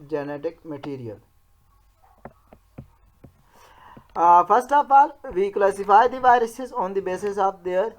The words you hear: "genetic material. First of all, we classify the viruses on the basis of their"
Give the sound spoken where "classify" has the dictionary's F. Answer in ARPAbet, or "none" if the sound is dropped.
P